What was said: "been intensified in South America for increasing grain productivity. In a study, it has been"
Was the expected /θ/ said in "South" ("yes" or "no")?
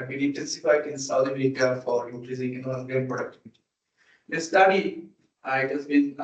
no